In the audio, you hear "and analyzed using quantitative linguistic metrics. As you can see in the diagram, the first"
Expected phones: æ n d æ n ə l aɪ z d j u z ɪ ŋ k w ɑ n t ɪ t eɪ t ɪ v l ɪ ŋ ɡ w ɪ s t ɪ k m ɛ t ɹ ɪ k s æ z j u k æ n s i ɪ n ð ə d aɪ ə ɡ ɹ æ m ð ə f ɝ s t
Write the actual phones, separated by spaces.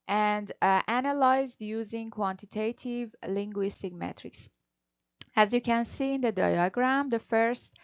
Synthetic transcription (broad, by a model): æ n d æ n ə l aɪ z d j u z ɪ ŋ k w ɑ n t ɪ t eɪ t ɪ v l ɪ ŋ ɡ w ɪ s t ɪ k m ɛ t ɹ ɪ k s æ z j u k æ n s i ɪ n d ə d aɪ ə ɡ ɹ æ m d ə f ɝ s t